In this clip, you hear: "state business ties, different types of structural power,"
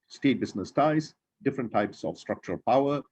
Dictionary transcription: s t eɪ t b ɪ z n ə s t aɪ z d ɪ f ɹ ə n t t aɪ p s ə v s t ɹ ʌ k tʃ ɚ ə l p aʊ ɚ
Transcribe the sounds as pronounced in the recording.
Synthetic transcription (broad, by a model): s t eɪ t b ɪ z n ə s t aɪ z d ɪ f ɹ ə n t t aɪ p s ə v s t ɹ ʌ k tʃ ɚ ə l p aʊ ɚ